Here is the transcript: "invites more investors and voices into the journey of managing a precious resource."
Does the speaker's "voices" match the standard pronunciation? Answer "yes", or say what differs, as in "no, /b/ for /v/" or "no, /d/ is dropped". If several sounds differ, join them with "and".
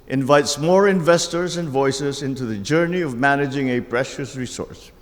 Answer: yes